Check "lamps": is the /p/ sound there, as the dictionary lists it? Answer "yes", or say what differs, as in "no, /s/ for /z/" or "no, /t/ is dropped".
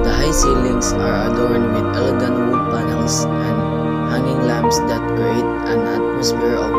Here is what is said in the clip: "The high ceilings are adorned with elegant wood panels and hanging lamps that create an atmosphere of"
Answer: no, /b/ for /p/